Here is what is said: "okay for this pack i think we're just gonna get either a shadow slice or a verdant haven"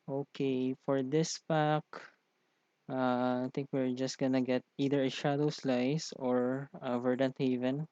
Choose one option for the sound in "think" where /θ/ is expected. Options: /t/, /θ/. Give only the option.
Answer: /t/